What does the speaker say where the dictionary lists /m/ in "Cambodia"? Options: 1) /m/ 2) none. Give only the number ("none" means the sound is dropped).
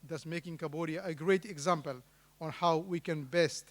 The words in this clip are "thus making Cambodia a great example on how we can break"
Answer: 2